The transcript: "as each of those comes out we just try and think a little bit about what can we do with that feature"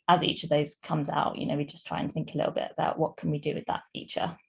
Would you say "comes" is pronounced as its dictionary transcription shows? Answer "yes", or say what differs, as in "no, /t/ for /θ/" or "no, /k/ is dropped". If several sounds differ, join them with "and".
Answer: yes